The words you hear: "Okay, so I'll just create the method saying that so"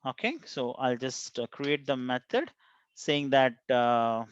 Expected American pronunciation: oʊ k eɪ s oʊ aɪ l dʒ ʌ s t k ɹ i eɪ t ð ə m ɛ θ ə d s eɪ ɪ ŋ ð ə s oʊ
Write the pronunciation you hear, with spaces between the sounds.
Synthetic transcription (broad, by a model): oʊ k eɪ s oʊ aɪ l dʒ ʌ s t k ɹ i eɪ t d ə m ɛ t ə d s eɪ ɪ ŋ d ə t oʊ